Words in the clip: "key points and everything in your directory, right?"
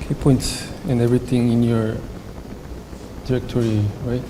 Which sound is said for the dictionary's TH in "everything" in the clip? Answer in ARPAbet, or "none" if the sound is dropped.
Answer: T